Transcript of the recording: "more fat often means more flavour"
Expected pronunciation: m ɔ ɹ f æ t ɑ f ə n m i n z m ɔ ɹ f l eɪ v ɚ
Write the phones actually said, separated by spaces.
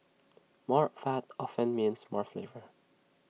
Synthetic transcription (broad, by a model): m ɔ ɹ f æ t ɑ f ə n m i n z m ɔ ɹ f l eɪ v ɚ